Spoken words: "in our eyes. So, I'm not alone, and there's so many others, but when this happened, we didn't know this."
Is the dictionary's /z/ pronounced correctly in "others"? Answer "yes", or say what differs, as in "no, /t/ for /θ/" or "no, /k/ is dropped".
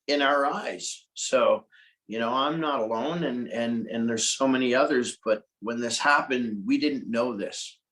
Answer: yes